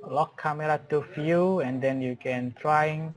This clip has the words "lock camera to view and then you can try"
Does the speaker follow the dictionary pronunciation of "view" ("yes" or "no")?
no